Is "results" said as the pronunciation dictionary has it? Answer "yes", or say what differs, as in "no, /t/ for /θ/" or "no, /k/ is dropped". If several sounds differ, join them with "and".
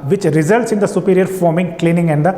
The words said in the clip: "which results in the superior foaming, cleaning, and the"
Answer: yes